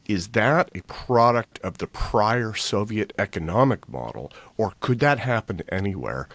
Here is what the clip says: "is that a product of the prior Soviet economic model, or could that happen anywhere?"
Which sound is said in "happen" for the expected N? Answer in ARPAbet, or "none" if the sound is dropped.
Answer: N